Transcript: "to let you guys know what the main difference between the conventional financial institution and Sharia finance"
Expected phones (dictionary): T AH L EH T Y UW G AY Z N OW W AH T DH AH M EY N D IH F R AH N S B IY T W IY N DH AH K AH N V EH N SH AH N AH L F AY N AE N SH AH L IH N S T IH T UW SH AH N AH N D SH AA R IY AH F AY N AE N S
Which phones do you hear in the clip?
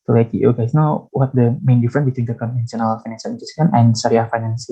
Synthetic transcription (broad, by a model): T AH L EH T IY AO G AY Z N OW W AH T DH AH M EY N D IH F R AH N B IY T W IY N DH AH K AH N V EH N S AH N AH L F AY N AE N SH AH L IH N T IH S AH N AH N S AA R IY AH F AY N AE N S